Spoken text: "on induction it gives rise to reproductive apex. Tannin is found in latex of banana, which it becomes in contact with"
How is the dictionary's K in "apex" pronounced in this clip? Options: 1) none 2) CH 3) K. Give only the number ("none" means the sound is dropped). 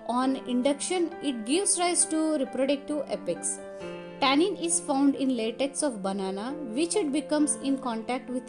3